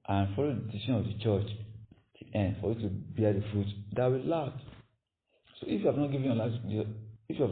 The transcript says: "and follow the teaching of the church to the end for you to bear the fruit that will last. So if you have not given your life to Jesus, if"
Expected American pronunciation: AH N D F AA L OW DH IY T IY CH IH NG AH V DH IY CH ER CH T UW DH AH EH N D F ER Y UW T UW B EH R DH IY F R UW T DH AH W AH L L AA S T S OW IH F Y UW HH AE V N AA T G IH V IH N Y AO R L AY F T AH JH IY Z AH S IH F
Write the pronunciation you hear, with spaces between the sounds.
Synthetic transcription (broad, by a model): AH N F AA L OW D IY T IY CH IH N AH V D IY CH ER CH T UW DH EH N D F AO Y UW T UW B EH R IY F R UW T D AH W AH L L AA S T S OW IH F Y UW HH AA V N AA T G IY V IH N Y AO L AY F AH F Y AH IH